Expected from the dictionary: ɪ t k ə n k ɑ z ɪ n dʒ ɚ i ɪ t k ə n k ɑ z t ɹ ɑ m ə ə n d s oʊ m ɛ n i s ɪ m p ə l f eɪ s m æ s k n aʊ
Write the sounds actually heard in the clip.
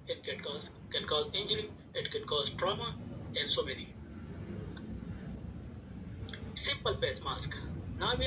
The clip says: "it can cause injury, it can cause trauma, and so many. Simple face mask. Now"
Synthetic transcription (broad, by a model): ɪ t k ə n k ɑ z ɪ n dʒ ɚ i ɪ t k ə n k ɑ z t ɹ ɑ m ə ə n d s oʊ m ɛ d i s ɪ m p ə l p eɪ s m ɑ s k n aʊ